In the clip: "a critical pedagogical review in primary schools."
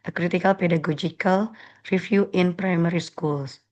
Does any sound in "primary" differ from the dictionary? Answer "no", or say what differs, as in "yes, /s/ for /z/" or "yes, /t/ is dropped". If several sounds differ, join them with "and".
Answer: no